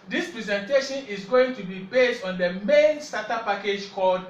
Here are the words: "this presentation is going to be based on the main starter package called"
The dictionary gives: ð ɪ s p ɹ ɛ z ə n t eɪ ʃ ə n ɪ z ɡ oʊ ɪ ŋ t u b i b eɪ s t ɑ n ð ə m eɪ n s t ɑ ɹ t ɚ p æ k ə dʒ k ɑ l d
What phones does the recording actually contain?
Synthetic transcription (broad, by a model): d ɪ s p ɹ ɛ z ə n t eɪ ʃ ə n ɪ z ɡ oʊ ɪ ŋ t u b i b eɪ s t ɑ n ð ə m eɪ n s t ɑ t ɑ p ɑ k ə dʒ k ɑ l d